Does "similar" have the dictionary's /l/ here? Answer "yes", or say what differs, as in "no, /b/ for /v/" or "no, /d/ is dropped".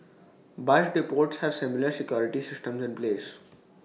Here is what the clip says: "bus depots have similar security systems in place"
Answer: yes